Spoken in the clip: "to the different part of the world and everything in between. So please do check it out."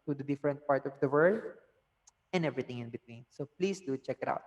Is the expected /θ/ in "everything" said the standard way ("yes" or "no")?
no